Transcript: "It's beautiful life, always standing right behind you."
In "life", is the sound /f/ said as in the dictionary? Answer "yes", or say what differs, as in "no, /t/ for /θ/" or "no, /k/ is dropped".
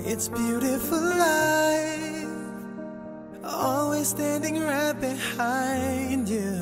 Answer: no, /f/ is dropped